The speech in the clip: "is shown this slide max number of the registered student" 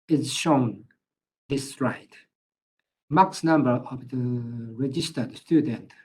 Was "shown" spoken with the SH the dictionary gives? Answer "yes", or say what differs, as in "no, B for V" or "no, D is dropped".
yes